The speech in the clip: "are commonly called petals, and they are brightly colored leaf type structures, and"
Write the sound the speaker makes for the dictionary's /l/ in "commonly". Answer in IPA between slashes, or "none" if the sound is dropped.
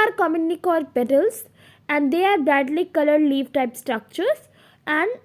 none